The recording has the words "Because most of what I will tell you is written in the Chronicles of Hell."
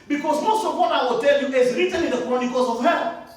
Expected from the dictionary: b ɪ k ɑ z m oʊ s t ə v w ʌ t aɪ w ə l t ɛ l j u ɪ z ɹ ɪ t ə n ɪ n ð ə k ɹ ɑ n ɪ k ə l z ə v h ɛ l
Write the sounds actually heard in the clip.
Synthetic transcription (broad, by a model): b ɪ k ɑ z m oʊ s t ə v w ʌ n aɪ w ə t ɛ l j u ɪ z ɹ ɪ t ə l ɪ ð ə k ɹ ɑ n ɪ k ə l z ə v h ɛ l